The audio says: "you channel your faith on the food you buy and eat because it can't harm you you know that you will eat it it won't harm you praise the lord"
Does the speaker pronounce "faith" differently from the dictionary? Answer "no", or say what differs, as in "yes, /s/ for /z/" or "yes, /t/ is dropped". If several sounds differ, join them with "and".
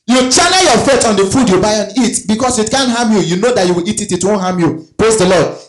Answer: yes, /t/ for /θ/